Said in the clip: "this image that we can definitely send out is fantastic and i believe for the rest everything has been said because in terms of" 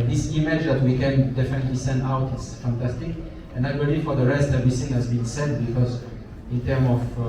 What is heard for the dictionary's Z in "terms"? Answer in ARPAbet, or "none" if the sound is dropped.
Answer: none